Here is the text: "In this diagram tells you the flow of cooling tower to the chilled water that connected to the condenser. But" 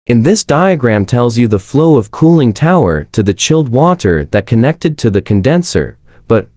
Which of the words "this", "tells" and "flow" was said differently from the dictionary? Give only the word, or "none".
none